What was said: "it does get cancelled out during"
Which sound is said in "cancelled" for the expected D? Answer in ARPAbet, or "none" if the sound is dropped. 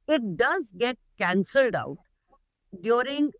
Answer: D